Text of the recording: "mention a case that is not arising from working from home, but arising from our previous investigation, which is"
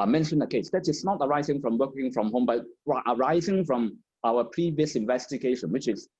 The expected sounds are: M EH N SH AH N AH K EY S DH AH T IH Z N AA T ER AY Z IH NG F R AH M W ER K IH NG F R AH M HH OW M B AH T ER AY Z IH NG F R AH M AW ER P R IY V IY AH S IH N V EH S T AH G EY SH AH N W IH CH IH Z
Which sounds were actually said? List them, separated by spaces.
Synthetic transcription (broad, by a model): M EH N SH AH N AH K EY S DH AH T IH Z N AA T ER AY Z IH NG F R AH M W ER K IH NG F R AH M HH OW M B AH T ER AY Z IH NG F R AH M AW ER P R IY V IY AH S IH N V EH S T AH G EY SH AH N W IH CH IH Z